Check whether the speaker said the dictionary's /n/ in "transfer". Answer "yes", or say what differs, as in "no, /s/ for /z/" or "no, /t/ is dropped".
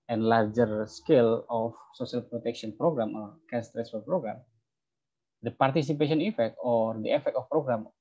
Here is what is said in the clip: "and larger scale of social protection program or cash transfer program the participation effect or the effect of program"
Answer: no, /n/ is dropped